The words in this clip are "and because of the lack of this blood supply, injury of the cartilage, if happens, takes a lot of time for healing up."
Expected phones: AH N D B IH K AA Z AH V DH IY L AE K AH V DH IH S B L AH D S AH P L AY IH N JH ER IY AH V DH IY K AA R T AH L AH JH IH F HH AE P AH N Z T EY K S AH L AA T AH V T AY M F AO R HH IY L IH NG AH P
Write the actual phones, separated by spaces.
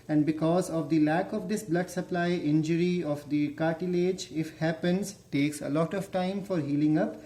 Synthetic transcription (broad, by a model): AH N D B IH K AA Z AH V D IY L AE K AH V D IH S B L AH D S AH P L AY IH N JH ER IY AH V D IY K AA R T AH L AH JH IH F HH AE P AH N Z T EY K S AH L AA T AH V T AY M F AO R HH IY L IH NG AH P